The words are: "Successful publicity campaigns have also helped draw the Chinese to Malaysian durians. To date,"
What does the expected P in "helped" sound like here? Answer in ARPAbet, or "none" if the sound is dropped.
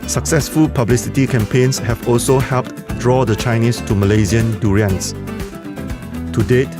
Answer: P